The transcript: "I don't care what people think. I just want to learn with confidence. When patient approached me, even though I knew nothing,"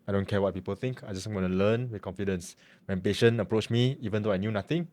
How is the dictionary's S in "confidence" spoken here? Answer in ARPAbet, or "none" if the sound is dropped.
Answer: S